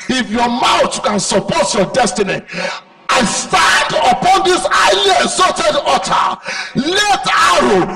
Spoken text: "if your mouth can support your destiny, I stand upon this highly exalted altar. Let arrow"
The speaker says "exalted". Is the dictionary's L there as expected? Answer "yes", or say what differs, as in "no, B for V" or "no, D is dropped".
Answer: no, L is dropped